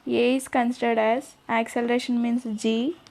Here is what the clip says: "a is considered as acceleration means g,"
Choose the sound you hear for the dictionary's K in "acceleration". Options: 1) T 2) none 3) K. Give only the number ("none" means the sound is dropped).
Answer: 3